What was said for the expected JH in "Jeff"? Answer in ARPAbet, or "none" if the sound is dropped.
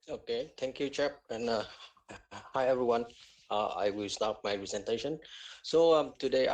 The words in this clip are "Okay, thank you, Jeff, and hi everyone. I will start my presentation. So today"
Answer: CH